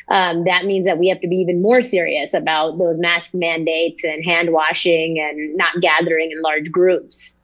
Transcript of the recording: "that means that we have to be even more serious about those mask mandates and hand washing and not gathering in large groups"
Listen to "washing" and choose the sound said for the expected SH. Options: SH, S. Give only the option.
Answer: SH